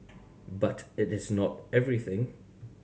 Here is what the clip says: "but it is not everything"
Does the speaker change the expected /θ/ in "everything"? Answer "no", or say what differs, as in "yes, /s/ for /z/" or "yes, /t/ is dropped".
no